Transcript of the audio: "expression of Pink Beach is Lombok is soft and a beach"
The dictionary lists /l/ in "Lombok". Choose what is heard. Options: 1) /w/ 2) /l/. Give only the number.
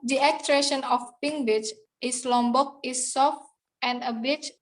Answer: 2